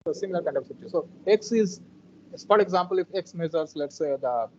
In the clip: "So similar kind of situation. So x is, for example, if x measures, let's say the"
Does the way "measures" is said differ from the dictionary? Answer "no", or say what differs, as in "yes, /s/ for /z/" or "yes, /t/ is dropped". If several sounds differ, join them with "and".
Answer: yes, /z/ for /ʒ/